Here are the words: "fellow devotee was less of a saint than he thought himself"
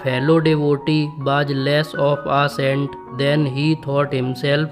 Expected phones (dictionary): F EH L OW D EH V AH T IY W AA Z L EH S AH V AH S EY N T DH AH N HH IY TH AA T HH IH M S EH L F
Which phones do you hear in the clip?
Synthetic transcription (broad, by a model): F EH L OW D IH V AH T IY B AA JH L EH S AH P AH S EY N T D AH N HH IY T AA T HH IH M S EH L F